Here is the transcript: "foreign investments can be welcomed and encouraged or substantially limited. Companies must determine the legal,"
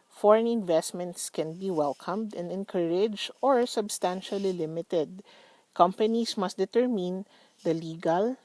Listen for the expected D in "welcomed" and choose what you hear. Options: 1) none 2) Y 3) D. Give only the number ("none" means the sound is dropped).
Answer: 3